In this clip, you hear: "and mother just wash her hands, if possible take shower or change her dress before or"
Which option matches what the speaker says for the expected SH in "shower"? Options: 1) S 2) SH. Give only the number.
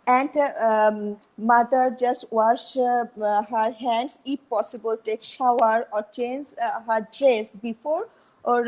2